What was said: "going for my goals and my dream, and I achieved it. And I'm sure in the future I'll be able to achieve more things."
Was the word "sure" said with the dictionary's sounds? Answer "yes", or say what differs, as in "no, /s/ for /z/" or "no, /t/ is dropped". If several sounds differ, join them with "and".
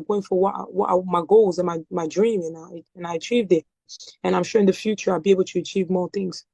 yes